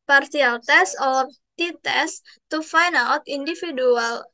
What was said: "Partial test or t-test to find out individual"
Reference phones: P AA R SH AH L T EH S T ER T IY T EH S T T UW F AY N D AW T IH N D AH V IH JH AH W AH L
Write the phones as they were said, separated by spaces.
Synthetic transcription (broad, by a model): P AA R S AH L T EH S AO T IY T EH S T T UW F AY N AW T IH N D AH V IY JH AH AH L